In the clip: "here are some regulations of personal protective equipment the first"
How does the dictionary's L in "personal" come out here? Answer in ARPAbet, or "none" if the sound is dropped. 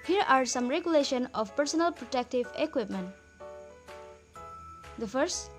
L